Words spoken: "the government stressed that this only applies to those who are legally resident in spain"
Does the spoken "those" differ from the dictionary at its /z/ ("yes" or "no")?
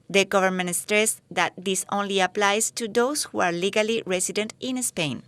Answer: yes